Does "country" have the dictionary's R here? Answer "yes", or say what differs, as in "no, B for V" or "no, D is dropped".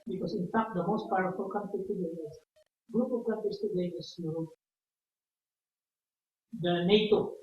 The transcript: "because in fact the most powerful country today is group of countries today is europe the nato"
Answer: no, R is dropped